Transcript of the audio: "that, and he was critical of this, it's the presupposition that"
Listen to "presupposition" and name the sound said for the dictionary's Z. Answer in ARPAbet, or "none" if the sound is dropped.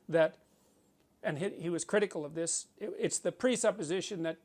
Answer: Z